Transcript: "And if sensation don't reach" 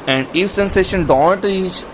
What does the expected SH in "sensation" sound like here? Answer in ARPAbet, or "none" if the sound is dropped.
SH